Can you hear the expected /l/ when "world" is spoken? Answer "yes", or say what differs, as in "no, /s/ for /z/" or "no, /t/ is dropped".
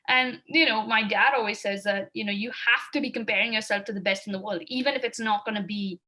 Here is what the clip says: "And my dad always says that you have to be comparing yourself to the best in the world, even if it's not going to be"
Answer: yes